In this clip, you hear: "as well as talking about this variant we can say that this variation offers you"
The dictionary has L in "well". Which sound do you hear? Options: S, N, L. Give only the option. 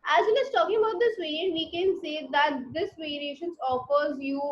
N